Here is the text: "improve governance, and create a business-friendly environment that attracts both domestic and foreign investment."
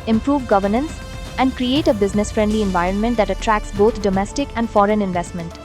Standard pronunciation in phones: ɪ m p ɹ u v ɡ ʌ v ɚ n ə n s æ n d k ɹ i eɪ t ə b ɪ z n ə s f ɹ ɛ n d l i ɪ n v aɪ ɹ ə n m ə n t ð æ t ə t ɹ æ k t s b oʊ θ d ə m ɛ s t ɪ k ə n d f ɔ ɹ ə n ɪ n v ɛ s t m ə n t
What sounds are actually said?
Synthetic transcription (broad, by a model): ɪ m p ɹ u v ɡ ʌ v ɚ n ə n s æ n d k ɹ i eɪ t ə b ɪ z n ə s f ɹ ɛ n d l i ɪ n v aɪ ɹ ə n m ə n t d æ t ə t ɹ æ k s b oʊ t d ə m ɛ s t ɪ k ə n d f ɔ ɹ ə n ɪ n v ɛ s t m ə n t